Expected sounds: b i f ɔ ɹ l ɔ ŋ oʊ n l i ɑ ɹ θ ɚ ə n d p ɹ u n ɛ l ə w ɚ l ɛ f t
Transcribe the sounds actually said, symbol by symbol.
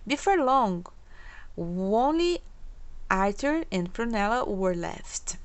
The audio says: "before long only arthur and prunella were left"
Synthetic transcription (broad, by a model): b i f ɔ ɹ l ɔ ŋ oʊ n l i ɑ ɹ t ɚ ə n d p ɹ u n ɛ l ə w ɚ l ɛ f t